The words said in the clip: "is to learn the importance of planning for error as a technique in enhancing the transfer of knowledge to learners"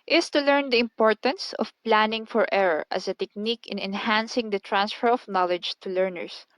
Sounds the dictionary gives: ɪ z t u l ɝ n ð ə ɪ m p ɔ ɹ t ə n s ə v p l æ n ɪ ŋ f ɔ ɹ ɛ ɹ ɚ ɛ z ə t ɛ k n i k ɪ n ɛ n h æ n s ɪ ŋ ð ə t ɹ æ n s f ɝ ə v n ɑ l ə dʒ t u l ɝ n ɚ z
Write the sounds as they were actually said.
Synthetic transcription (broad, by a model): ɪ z t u l ɝ n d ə ɪ m p ɔ ɹ t ə n s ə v p l æ n ɪ ŋ f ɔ ɹ ɛ ɹ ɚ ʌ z ə t ɛ k n i k ɪ n ɛ n h æ n s ɪ ŋ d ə t ɹ æ n s f ɝ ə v n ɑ l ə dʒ t u l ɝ n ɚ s